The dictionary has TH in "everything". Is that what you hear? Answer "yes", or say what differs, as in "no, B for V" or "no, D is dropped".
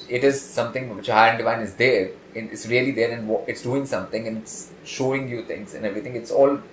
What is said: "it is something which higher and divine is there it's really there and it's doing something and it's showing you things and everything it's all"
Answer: no, T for TH